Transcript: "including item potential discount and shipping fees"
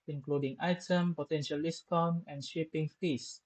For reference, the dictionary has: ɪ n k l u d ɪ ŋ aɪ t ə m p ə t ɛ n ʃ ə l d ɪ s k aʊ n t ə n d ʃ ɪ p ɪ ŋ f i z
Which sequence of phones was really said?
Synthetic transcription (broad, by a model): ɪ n k l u d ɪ ŋ aɪ t ə m p ə t ɛ n ʃ ə l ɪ s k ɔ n ə n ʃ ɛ p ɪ ŋ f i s